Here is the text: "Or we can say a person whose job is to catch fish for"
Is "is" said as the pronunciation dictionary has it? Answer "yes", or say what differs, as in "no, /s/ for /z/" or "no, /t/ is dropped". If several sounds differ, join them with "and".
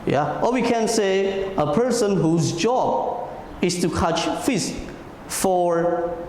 no, /s/ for /z/